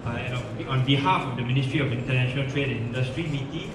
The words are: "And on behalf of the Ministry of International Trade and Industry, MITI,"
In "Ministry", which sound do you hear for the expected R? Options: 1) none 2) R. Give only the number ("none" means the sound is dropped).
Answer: 2